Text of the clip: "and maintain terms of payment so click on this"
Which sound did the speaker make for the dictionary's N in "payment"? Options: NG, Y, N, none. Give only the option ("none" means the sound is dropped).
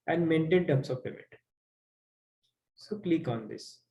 none